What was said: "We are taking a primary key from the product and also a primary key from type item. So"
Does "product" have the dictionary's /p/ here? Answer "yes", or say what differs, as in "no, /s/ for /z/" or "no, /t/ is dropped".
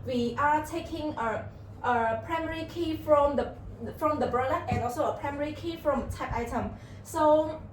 no, /f/ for /p/